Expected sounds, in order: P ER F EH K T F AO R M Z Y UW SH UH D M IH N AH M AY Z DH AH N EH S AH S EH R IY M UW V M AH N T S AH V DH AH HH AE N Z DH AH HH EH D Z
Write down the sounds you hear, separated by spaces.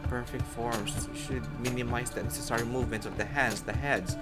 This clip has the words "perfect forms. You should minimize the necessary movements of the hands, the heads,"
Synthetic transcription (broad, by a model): P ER F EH K T F AO R M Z SH UH D M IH N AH M AY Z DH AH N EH S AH S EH R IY M UW V M AH N T S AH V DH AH HH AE N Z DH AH HH EH D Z